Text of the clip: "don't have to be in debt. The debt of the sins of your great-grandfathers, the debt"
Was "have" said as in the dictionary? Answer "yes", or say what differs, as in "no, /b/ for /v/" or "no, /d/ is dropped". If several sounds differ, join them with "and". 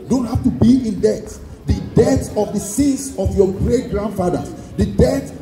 no, /f/ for /v/